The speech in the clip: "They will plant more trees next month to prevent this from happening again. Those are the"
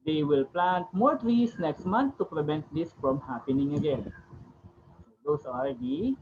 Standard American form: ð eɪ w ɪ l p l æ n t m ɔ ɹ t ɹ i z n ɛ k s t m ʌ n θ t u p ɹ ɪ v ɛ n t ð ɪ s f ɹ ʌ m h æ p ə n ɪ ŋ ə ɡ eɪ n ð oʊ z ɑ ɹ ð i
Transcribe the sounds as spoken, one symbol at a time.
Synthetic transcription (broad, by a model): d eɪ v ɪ l p l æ n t m ɔ ɹ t ɹ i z n ɛ k s t m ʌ n t t u p ɹ ɪ v ɛ n t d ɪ s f ɹ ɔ m h æ p ə n ɪ ŋ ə ɡ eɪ n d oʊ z ɑ ɹ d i